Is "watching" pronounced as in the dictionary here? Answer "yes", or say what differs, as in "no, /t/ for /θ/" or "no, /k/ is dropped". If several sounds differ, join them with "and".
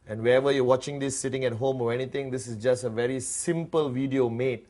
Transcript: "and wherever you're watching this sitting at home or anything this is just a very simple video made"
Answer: yes